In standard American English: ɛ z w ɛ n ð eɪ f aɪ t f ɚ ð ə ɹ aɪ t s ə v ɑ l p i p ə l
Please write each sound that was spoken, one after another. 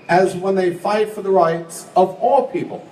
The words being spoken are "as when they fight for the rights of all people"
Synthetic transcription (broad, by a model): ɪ z w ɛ n ð eɪ f aɪ t f ɚ ð ə ɹ aɪ t s ə v ɑ l p i p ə l